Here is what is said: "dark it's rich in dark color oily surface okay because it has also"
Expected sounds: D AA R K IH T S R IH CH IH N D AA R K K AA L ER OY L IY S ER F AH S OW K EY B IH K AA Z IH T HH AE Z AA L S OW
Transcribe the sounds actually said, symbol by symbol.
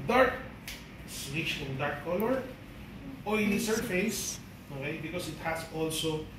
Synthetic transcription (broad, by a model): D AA R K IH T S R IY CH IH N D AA R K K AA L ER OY N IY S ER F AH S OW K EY B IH K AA S IH T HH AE S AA L S OW